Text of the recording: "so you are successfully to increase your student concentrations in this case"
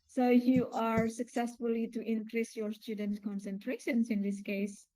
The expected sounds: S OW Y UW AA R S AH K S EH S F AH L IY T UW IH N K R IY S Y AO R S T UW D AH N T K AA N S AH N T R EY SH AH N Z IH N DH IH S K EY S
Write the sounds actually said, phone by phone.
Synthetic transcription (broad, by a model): S OW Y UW AA R S AH K S EH S F AH L IY T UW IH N K R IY S Y AO R S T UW D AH N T K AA N S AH N T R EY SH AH N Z IH N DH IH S K EY S